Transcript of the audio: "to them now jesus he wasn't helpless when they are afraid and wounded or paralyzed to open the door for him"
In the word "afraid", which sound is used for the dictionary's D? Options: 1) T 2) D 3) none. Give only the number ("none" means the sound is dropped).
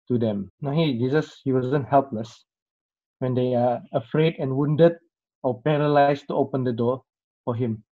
2